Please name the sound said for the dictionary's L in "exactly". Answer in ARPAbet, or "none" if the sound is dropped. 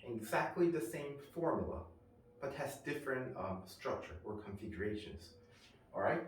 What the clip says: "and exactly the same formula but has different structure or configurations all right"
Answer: L